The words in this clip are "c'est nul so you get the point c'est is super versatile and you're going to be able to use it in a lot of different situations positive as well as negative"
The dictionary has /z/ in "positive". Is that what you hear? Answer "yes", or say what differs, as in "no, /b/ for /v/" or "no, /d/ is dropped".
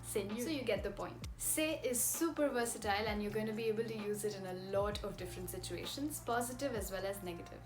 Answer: yes